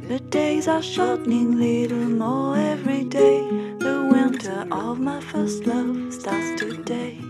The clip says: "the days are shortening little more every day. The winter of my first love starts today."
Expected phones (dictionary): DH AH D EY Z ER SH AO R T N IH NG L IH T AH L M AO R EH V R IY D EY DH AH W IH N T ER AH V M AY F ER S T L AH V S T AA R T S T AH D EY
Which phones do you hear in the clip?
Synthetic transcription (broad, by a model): DH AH D EY Z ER SH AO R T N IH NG L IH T L M AO R EH V R IY D EY DH AH W IH N T ER AH V M AY F ER S T L AH V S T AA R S T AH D EY